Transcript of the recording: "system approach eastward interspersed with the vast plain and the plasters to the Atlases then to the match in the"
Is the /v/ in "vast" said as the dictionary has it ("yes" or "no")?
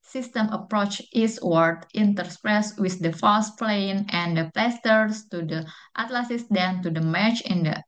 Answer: no